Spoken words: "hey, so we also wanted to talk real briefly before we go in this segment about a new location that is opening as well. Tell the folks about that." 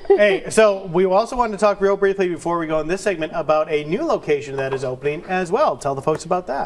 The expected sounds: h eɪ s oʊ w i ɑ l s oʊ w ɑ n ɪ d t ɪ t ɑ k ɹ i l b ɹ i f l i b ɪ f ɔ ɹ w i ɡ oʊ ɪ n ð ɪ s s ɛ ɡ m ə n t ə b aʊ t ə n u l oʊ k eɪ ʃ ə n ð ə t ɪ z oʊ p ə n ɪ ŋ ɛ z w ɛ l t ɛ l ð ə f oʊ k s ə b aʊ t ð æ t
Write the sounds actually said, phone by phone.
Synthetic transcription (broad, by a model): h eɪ s oʊ w i ɑ l s oʊ w ɑ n t ɪ t ɑ k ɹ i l b ɹ i f l i b ɪ f ɔ ɹ w i ɡ oʊ ɪ n ð ɪ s s ɛ ɡ m ə n t ə b aʊ t ə n u l oʊ k eɪ ʃ ə n ð ə t ɪ z oʊ p ə n ɪ ŋ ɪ z w ɛ l t ɛ l ð ə f oʊ k s ə b aʊ t ð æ t